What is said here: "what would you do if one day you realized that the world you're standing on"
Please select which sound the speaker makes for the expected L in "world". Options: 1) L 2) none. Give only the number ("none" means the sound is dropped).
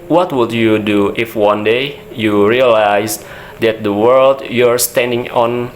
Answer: 1